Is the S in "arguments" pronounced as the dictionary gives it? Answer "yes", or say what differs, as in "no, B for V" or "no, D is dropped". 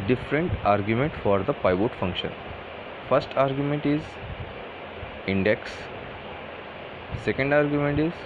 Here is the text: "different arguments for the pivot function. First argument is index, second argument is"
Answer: no, S is dropped